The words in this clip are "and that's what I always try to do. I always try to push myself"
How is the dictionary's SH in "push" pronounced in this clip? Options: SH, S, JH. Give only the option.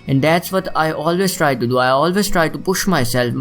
SH